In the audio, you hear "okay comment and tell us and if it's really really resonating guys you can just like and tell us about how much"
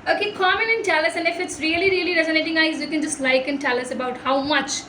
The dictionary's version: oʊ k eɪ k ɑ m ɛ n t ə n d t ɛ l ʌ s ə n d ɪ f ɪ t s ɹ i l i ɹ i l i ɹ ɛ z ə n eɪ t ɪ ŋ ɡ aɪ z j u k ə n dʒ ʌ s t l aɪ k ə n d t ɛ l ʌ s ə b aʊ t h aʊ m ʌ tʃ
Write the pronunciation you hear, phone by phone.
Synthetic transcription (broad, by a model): oʊ k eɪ k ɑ m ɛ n ə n t ɛ l ʌ s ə n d ɪ f ɪ t s ɹ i l i ɹ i l i ɹ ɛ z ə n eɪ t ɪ ŋ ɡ aɪ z j u k ə n dʒ ʌ s t l aɪ k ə n t ɛ l ʌ s ə b aʊ t h aʊ m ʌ tʃ